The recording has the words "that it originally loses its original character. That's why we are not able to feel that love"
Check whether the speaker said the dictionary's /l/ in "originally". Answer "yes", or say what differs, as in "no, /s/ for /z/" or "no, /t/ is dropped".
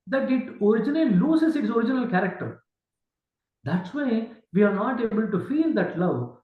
no, /n/ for /l/